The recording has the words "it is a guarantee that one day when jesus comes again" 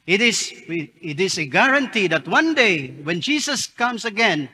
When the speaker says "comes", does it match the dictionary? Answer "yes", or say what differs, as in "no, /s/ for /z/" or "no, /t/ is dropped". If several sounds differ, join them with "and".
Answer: no, /s/ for /z/